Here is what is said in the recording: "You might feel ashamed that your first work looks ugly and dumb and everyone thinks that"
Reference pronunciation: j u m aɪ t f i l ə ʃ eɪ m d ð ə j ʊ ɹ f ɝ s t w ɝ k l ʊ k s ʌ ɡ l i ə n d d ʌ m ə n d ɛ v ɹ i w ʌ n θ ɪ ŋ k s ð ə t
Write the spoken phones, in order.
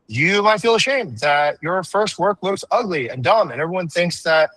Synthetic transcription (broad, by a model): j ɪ m aɪ t f i l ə ʃ eɪ m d ð ə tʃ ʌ ɹ f ɝ s t w ɝ k l ʊ k s ʌ ɡ l i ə n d d ʌ m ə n ɛ v ɹ i w ʌ n θ ɪ ŋ k s ð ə t